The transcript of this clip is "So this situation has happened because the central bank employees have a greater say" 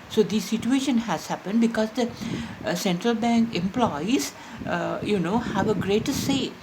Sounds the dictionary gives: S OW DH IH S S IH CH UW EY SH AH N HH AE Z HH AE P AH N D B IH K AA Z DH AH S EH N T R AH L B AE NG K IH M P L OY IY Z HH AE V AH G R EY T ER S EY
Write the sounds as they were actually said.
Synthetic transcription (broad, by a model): S OW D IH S S IH CH UW EY SH AH N HH AE Z HH AE P AH N D B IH K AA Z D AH S EH N T R AH L B AE NG K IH M P L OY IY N HH AE V AH G R EY T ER S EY